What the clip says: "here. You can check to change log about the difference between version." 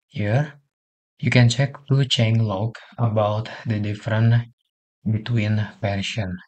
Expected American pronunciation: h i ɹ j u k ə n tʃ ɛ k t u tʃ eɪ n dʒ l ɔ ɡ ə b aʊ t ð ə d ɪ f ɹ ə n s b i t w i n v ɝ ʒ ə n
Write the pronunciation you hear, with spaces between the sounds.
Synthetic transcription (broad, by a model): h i ɹ j u k ə n tʃ ɛ k t u tʃ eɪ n l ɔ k ə b aʊ t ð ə d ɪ f ɹ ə n b i t w i n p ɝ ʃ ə n